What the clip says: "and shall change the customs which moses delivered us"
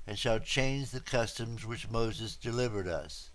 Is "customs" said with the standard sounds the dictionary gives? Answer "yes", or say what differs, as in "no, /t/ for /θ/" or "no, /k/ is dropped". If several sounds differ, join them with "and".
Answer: yes